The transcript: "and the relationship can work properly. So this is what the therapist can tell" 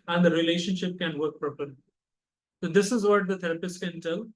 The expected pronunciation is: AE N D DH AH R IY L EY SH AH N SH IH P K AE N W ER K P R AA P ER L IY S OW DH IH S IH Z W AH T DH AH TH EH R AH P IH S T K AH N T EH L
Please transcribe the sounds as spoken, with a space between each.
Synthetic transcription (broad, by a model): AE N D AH R IY L EY SH AH N SH IH P K AE N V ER K P R AA P ER L IY S OW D IH S IH Z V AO T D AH T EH R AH P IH S K AH N T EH L